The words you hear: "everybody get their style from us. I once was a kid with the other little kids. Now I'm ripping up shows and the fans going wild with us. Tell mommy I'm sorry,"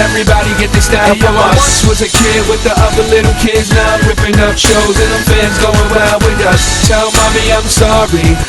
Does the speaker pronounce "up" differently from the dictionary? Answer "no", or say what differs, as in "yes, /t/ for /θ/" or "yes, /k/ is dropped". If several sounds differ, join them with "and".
yes, /f/ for /p/